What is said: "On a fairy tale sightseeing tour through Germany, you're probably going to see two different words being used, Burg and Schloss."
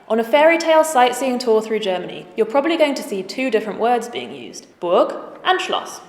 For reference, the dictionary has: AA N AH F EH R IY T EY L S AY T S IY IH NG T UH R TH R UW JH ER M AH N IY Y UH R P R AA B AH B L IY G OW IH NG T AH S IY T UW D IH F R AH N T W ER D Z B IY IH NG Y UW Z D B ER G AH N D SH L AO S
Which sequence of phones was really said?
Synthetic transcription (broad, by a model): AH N AH F EH R IY T EY L S AY T S IY IH NG T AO TH R UW JH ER M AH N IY Y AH P R AA B AH B L IY G OW IH NG T AH S IY T UW D IH F R AH N T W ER D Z B IY IH NG Y UW Z D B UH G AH N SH L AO S